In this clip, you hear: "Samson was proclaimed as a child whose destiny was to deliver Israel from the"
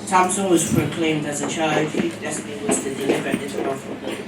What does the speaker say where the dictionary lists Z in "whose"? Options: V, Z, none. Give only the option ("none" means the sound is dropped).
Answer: none